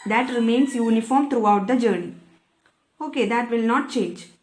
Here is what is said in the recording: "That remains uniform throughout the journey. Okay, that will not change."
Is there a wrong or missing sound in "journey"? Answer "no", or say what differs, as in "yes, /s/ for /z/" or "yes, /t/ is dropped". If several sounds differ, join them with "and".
no